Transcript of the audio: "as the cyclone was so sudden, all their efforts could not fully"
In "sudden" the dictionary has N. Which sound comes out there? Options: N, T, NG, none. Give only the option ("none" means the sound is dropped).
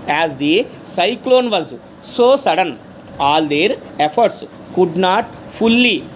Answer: N